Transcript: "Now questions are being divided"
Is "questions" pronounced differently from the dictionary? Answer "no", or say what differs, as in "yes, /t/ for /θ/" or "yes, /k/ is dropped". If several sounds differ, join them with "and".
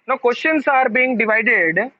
yes, /s/ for /z/